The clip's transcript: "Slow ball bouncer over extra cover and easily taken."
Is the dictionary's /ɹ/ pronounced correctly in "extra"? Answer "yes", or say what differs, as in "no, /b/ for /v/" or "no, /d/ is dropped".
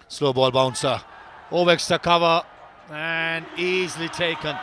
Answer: no, /ɹ/ is dropped